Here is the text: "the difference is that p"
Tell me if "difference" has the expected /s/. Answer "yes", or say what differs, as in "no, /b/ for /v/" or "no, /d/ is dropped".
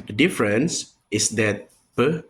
yes